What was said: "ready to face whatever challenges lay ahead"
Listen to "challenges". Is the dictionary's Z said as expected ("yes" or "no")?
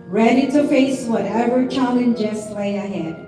no